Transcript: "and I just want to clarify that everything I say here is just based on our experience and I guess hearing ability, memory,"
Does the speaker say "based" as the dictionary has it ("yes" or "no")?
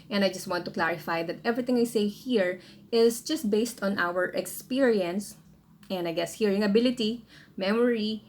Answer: yes